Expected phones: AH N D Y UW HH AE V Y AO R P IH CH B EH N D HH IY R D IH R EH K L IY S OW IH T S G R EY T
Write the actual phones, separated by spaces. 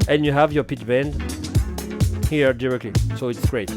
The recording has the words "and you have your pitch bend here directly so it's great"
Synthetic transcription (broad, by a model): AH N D Y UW HH AE V Y AO R P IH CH B EH N D HH IY R D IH R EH K L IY S OW IH T S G R EY T